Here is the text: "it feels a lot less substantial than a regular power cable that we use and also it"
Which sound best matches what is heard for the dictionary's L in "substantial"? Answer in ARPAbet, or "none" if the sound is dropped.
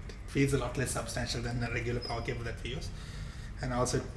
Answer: L